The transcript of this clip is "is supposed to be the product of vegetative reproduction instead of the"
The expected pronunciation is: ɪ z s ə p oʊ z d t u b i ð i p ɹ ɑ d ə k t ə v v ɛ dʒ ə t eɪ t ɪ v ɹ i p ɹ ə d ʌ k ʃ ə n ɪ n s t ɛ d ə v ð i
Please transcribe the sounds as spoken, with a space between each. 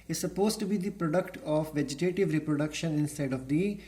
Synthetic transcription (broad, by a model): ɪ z s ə p oʊ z t u b i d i p ɹ ɑ d ə k t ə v v ɛ dʒ ə t eɪ t ɪ v ɹ i p ɹ ə d ʌ k ʃ ə n ɪ n s t ɛ d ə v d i